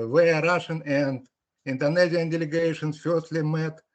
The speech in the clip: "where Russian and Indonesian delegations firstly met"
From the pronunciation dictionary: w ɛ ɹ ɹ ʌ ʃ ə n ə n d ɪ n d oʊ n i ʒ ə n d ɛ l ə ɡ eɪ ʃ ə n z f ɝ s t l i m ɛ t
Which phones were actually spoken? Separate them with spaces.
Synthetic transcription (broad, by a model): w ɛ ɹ ɹ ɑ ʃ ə n ə n d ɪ n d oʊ n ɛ z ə n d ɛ l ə ɡ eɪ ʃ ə n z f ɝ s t l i m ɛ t